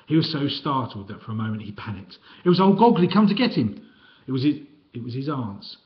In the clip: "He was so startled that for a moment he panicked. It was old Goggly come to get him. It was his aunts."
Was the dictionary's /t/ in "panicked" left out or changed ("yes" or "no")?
no